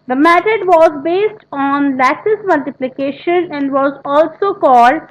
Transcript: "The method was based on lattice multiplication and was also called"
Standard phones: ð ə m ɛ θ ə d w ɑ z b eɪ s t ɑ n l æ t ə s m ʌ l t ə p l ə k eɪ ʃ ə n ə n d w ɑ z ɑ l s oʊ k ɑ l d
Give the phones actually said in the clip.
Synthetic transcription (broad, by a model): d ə m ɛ t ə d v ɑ z b eɪ s t ɑ n l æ s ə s m ʌ l t ə p l ə k eɪ ʃ ə n ə n d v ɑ z ɑ l s oʊ k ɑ l d